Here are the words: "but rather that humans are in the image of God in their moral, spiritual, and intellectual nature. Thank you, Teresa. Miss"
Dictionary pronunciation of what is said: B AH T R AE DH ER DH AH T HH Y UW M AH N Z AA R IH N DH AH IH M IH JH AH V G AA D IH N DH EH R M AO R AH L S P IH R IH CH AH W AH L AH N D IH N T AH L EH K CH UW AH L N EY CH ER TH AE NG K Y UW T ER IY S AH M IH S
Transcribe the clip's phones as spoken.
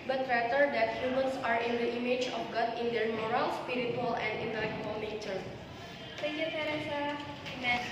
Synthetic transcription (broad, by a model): B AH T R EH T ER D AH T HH Y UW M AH N S AA R IH N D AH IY M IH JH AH F G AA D IH N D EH R M AO R AH L S P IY R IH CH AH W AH L AH N D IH N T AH L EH K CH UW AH L N EY CH ER S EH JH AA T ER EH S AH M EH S